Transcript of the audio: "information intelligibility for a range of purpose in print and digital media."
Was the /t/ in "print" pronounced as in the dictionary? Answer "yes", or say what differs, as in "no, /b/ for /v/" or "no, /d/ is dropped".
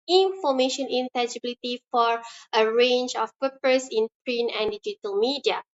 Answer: no, /t/ is dropped